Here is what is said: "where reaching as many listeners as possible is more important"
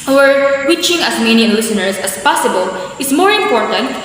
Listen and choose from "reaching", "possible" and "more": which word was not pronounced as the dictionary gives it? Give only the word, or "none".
reaching